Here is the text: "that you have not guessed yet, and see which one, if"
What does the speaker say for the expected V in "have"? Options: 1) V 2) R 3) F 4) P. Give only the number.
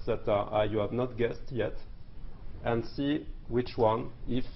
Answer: 1